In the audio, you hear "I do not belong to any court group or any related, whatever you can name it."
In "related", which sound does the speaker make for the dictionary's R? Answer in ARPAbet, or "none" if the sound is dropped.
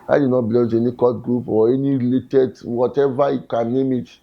R